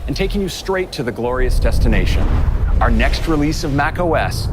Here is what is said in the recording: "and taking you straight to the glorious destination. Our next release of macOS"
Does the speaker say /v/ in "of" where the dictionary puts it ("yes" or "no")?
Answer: yes